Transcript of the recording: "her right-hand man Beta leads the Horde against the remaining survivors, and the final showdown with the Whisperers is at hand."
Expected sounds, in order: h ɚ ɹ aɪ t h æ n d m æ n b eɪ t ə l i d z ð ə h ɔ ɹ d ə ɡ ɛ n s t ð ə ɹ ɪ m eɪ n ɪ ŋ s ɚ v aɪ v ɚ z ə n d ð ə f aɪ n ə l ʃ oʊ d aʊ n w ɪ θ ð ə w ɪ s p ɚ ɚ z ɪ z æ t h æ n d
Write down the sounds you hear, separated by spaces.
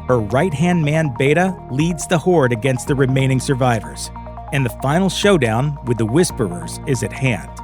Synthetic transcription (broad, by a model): h ɚ ɹ aɪ t h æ n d m æ n b eɪ t ə l i d z ð ə h ɔ ɹ d ə ɡ ɛ n s t ð ə ɹ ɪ m eɪ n ɪ ŋ s ɚ v aɪ v ɚ z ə n ð ə f aɪ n l ʃ oʊ d aʊ n w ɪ ð ə w ɪ s p ɚ ɚ z ɪ z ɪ t h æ n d